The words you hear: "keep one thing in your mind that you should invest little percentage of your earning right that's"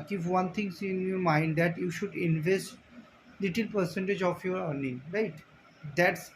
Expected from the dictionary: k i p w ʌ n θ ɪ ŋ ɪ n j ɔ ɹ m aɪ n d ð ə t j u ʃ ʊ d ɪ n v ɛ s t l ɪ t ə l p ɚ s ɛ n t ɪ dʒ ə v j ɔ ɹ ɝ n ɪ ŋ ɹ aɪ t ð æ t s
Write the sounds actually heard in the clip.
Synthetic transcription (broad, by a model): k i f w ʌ n t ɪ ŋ ɪ n j ɔ ɹ m aɪ n d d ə t j u ʃ ʊ d ɪ n v ɛ s t l ɪ t ə l p ɚ s ɛ n t ɪ dʒ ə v j ɔ ɹ ɝ n ɪ ŋ ɹ aɪ t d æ t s